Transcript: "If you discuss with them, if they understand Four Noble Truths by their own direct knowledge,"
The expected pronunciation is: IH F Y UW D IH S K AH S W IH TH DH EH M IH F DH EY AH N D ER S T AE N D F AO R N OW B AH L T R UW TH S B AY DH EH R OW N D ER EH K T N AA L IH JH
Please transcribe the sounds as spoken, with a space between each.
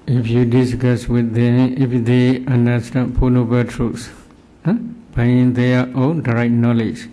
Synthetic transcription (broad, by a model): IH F Y UW D IH S K AH S W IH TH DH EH M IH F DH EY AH N D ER S T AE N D P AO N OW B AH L T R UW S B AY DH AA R OW N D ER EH T N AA L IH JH